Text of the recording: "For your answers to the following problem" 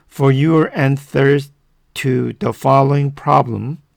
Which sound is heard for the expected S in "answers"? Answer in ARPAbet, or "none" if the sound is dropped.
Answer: TH